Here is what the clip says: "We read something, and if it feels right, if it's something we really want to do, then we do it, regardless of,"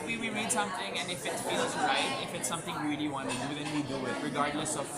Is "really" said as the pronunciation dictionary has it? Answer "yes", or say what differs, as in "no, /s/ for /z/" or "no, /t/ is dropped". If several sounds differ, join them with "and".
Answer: no, /l/ is dropped